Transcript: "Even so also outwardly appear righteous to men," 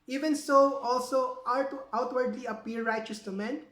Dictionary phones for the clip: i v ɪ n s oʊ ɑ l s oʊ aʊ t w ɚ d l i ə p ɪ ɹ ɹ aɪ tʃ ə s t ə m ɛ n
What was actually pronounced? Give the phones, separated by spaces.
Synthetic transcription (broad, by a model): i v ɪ n s oʊ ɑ l s oʊ aʊ t w ɚ d l i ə p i l ɹ aɪ tʃ ə s t ə m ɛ n